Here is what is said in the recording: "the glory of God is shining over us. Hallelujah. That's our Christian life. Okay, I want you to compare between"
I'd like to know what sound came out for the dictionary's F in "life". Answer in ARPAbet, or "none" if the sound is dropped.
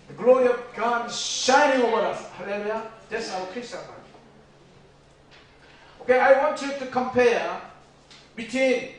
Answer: none